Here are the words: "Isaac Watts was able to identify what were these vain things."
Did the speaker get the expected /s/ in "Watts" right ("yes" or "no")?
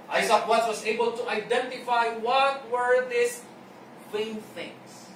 no